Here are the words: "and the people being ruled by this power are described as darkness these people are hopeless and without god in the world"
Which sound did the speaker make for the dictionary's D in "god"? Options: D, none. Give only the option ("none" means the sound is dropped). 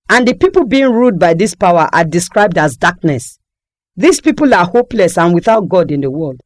D